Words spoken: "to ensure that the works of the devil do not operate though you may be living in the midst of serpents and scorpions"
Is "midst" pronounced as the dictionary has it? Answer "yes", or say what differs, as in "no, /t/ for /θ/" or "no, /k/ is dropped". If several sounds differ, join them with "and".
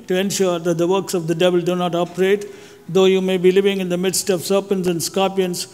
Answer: yes